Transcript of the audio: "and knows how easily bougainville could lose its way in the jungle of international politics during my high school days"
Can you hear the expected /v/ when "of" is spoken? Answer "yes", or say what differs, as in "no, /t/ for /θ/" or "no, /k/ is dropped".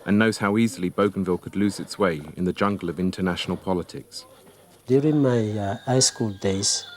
yes